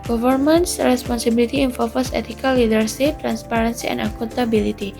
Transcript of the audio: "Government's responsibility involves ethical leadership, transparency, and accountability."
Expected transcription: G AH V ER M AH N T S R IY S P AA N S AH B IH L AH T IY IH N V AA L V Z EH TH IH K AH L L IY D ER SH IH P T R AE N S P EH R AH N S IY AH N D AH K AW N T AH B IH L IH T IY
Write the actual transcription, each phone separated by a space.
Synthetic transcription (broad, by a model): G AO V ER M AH N S R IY S P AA N S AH B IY L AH T IY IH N F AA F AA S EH T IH K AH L L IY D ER S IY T R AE N S P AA R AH N S IY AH N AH K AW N T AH B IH L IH T IY